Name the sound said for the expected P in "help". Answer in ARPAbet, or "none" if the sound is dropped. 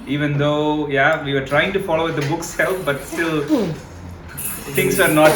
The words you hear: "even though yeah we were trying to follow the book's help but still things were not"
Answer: F